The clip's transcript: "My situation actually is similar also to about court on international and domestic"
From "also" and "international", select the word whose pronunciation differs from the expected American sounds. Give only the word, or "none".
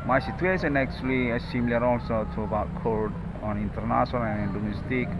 international